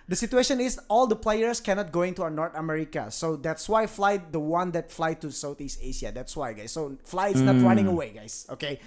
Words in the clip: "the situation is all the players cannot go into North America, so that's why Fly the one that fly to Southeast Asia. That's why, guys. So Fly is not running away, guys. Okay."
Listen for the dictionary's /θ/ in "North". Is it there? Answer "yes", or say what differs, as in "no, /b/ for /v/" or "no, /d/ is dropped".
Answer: no, /t/ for /θ/